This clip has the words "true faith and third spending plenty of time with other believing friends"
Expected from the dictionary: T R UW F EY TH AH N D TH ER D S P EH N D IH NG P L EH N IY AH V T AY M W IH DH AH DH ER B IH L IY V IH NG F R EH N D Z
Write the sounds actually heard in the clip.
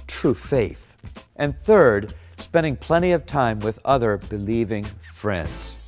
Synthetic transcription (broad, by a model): T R UW F EY TH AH N TH ER D S P EH N D IH NG P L EH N IY AH V T AY M W IH DH AH DH ER B IH L IY V IH NG F R EH N D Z